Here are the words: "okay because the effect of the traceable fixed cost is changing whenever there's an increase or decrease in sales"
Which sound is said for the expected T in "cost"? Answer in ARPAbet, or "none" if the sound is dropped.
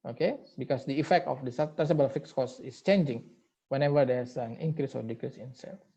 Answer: none